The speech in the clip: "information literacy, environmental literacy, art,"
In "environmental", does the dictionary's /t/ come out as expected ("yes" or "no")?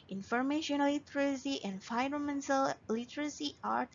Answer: no